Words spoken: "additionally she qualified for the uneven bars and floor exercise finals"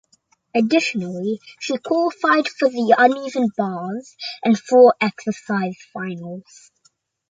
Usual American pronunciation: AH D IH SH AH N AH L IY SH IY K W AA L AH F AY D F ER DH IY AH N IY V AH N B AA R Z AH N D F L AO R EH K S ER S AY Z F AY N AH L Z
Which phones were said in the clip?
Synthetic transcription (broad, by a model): AH D IH SH AH N AH L IY SH IY K W AA L AH F AY D F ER DH IY AH N IY V AH N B AA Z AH N F AO R EH K S ER S AY Z F AY N AH L Z